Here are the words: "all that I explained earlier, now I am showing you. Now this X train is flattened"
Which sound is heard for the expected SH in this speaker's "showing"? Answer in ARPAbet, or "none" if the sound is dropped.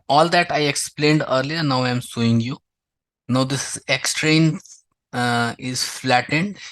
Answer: S